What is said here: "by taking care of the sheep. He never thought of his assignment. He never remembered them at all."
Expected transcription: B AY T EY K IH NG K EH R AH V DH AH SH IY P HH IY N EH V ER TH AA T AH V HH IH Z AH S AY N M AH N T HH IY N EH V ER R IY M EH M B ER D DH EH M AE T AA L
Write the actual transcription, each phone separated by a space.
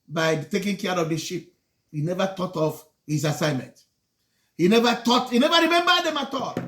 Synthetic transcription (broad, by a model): B AY T EY K IH NG K EH R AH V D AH SH IY P HH IY N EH V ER T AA T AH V HH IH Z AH S AY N M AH N T HH IY N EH V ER R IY M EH M B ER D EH M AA T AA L